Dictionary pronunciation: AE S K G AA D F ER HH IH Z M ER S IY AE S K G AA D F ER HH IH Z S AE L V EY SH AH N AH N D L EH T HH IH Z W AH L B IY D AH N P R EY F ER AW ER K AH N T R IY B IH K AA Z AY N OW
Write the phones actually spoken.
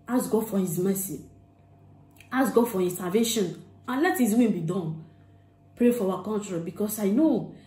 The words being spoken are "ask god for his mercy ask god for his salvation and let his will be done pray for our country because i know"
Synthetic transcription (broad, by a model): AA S G AA D F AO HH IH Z M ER S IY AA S G AA D F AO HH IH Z S AE L V EY SH AH N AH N L EH T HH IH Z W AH N B IY D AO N P R EY F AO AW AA K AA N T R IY B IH K AA S AY N OW